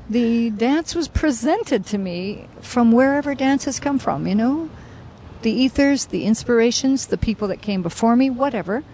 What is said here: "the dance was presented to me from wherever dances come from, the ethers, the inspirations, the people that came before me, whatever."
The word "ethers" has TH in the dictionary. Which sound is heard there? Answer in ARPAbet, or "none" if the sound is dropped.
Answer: TH